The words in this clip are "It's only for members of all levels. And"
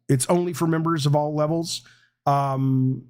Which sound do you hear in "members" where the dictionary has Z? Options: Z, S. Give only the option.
Z